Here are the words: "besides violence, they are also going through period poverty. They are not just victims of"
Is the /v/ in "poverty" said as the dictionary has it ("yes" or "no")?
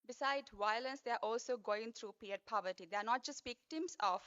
yes